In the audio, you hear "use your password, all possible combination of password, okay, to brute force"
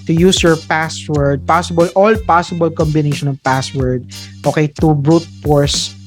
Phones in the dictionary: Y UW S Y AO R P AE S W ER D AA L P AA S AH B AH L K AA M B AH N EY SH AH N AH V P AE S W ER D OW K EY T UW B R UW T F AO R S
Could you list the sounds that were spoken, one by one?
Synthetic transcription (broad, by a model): Y UW S Y AO R P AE S W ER D AA L P AA S AH B AH L K AA M B AH N EY SH AH N AH V P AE S W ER D OW K EY T UW B R UW T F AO R S